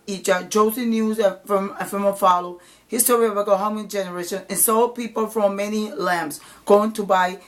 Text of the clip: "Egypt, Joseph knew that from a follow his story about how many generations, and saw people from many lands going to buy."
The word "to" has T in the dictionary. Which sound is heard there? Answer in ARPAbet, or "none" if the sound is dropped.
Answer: T